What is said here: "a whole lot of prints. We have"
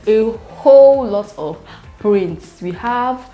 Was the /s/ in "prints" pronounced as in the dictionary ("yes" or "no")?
yes